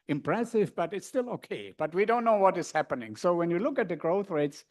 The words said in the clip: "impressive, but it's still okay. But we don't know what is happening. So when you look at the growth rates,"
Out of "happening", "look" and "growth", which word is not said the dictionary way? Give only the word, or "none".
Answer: none